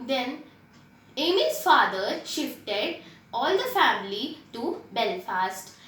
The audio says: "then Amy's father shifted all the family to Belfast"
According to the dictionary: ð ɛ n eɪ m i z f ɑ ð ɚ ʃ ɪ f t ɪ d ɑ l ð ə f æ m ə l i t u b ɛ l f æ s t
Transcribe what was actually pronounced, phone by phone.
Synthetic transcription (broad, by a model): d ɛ n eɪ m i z f ɑ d ɚ ʃ ɪ f t ɪ d ɑ l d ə f æ m ə l i t u b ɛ l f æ s t